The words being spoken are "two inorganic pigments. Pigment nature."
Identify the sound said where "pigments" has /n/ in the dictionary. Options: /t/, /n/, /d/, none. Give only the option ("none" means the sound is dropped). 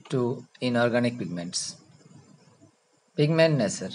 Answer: /n/